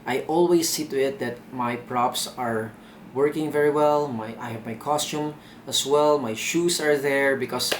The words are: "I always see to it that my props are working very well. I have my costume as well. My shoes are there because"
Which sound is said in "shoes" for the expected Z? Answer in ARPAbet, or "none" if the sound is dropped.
S